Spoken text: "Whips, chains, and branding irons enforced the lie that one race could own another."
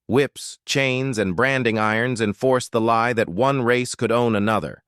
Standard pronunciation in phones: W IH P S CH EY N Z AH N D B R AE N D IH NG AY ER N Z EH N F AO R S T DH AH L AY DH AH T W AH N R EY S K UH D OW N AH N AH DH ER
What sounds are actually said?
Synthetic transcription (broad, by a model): W IH P S CH EY N Z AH N B R AE N D IH NG AY ER N Z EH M F AO R S DH AH L AY DH AH T W AH N R EY S K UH D OW N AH N AH DH ER